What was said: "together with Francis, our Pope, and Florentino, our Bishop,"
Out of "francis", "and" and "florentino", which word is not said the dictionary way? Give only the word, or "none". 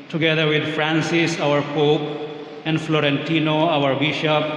none